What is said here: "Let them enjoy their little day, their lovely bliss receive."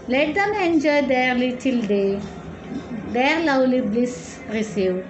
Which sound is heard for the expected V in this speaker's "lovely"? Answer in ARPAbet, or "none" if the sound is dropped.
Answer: W